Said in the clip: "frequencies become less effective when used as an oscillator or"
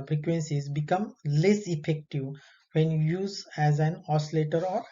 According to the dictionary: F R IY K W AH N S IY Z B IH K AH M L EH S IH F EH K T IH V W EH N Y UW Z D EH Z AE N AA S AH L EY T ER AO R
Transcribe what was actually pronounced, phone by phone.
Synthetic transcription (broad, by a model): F R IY K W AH N S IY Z B IH K AH M L EH S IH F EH K T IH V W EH N Y UW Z EH Z AE N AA S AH L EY T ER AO R